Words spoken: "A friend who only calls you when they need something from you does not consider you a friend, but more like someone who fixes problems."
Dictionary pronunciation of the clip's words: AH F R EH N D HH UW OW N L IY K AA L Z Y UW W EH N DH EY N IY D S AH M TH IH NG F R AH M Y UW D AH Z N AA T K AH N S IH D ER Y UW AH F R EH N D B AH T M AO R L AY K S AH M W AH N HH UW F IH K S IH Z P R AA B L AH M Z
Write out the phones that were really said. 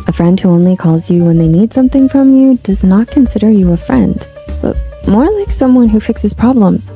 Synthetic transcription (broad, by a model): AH F R EH N D HH UW OW N L IY K AA L Z Y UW W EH N DH EY N IY D S AH M TH IH NG F R AH M Y UW D AH Z N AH T K AH N S IH D ER Y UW AH F R EH N D B AH T M AO R L AY K S AH M W AH N HH UW F IH K S IH Z P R AA B L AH M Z